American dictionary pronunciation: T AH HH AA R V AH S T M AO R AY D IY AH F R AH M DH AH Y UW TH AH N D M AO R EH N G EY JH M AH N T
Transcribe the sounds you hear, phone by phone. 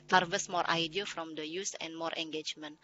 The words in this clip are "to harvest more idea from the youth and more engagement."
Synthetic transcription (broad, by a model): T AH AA R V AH S M AO R AY D IY AH F R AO M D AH Y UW S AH N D M AO R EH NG G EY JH M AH N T